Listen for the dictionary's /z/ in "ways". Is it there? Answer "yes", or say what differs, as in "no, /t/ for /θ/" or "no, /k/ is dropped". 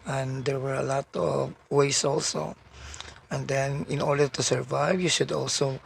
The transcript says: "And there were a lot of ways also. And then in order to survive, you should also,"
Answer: no, /s/ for /z/